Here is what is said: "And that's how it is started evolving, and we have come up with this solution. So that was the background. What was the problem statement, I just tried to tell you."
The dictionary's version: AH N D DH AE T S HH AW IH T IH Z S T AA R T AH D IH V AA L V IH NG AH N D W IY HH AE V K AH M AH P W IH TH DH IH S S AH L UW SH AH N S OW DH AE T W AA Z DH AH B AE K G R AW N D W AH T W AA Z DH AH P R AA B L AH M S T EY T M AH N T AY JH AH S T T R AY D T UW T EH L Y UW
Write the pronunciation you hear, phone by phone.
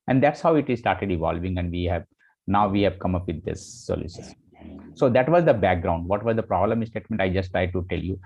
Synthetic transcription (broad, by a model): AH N D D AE T S HH AW IH T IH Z S T AA R T AH D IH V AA L V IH NG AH N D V IY HH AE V K AH M AH P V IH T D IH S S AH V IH S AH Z S OW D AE T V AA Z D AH B AE K G R AW N D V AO T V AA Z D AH P R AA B L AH M S T EY T M AH N T AY JH AH S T T R AY D T UW T EH L Y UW